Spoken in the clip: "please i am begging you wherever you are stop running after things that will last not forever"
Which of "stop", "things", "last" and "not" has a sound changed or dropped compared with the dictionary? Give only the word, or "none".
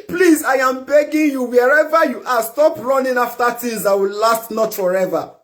things